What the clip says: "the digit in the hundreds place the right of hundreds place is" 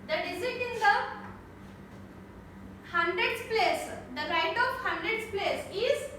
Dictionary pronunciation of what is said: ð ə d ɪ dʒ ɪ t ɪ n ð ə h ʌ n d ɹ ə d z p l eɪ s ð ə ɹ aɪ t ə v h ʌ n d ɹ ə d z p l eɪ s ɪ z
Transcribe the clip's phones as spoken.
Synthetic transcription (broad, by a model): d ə d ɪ z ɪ t ɪ n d ə h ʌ n d ɹ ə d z p l eɪ s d ə ɹ aɪ t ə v h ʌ n d ɹ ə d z p l eɪ s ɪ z